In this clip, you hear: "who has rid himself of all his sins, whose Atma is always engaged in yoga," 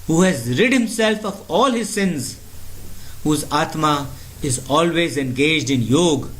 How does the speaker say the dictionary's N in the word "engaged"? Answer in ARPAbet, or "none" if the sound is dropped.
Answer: N